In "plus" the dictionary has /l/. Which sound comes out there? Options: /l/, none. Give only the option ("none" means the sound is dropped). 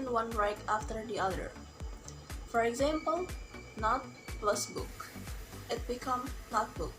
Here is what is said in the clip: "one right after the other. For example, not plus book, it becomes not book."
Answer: /l/